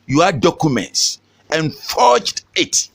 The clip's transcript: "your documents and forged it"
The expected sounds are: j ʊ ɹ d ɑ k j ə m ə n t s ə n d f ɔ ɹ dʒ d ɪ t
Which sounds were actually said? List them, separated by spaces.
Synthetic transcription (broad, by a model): j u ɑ d ɑ k j ə m ə n t s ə n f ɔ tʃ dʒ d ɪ t